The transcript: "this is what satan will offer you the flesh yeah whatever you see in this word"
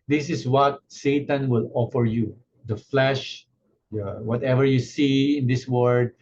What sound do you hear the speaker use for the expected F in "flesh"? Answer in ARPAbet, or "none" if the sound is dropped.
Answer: F